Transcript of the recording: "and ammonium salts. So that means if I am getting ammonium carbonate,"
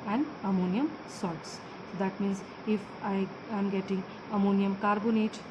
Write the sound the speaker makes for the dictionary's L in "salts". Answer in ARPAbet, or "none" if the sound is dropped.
none